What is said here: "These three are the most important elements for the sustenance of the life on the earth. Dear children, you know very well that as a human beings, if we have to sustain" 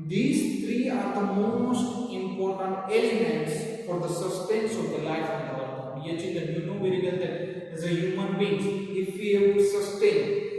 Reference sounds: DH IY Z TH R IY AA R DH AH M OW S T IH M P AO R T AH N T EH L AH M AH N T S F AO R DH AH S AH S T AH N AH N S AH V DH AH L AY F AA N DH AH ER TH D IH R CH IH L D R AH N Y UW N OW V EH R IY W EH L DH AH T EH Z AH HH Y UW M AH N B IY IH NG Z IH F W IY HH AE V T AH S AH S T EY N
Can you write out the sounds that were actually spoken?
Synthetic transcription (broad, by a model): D IY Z T R IY AA R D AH M OW S T IH M P AO R T AH N T EH L AH M AH N T S F AO R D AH S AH S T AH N N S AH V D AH L AY F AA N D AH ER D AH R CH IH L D AH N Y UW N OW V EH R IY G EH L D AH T EH Z AH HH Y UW M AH N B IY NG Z IH F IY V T S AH S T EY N